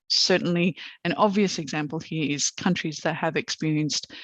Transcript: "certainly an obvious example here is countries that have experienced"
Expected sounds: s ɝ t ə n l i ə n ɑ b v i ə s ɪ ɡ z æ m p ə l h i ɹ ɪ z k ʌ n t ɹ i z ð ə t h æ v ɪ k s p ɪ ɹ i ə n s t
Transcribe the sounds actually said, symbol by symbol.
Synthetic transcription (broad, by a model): s ɝ t n l i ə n ɑ b v i ə s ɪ ɡ z æ m p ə l h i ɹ ɪ z k ʌ n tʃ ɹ i z ð ə t h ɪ v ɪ k s p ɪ ɹ i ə n s t